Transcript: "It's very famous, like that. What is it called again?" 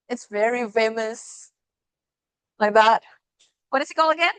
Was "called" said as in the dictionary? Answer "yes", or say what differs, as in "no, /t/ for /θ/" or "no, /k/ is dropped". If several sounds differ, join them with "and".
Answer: no, /d/ is dropped